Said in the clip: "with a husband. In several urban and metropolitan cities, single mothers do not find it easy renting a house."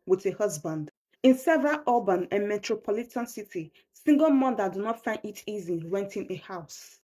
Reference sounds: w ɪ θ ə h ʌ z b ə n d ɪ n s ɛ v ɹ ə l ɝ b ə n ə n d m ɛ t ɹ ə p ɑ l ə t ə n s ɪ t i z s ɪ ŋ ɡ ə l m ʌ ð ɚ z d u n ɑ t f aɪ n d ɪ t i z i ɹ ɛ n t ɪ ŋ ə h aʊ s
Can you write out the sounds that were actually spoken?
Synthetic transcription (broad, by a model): w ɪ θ ə h ʌ z b ə n d ɪ n s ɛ v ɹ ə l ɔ b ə n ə n m ɛ t ɹ ə p ɑ l ə t ə n s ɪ t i s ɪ ŋ ɡ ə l m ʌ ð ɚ d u n ɑ t f aɪ n d ɪ t i z i w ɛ n t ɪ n ə h aʊ s